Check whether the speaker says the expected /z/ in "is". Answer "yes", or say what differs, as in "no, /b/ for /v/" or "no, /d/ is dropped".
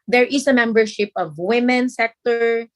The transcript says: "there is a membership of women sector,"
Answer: no, /s/ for /z/